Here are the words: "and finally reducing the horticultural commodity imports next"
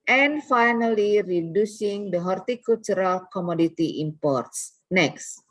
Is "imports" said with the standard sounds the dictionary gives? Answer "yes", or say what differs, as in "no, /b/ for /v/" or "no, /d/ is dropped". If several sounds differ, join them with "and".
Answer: yes